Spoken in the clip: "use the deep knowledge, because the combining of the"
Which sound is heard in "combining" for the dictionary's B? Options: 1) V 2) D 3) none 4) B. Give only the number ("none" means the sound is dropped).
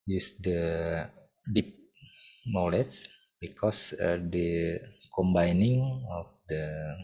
4